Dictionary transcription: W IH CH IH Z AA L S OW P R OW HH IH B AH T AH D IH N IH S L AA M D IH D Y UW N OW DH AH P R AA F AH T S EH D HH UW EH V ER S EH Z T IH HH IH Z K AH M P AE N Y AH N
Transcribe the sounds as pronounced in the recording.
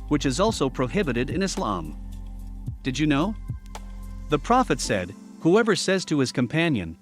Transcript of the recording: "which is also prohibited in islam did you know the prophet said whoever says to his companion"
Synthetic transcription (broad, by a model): W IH CH IH Z AA L S OW P R OW HH IH B AH T AH D IH N IH S L AA M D IH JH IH N OW DH AH P R AA F AH T S EH D HH UW EH V ER S EH Z T IH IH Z K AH M P AE N Y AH N